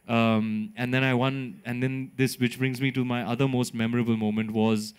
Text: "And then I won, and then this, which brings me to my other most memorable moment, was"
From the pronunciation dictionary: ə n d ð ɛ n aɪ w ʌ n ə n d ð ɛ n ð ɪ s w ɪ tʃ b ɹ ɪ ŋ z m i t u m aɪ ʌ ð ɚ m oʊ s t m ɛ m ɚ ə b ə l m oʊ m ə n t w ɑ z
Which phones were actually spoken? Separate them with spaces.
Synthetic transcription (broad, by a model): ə n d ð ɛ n aɪ w ʌ n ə n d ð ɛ n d ɪ s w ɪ tʃ b ɹ ɪ ŋ z m i t u m aɪ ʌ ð ɚ m oʊ s t m ɛ m ɚ ə b ə l m oʊ m ə n t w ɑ z